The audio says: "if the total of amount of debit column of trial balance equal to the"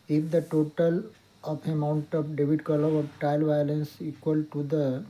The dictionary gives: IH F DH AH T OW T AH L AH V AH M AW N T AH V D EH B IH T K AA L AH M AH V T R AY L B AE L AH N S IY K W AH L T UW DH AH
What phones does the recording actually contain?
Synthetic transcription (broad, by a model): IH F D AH T OW T AH L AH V AH M AW N T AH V D EH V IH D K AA L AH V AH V T AY L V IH L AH N S IY K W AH L T UW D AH